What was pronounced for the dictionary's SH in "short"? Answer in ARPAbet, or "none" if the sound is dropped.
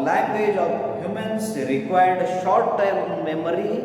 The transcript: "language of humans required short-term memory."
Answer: SH